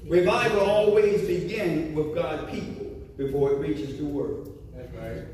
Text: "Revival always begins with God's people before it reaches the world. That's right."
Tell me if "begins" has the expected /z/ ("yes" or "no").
no